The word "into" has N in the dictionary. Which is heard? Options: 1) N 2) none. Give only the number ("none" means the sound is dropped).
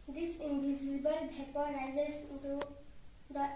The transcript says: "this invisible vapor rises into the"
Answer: 2